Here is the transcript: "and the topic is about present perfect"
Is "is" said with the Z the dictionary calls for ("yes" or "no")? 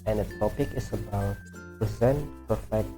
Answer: no